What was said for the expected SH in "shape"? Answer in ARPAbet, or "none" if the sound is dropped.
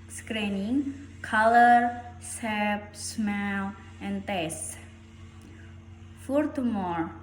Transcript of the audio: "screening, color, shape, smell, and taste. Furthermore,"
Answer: S